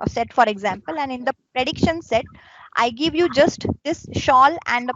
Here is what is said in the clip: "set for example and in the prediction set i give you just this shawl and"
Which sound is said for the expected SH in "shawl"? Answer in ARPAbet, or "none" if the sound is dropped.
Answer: SH